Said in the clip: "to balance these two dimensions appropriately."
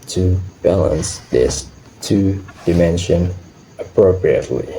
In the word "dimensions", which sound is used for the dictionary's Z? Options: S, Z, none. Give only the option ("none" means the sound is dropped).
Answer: none